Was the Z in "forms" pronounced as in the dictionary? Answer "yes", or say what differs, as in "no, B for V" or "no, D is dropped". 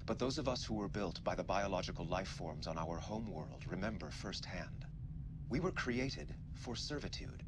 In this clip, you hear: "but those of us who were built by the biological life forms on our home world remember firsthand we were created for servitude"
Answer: yes